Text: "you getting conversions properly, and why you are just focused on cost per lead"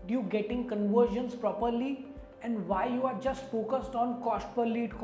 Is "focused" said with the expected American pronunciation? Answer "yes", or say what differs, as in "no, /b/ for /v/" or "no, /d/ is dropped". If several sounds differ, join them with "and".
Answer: yes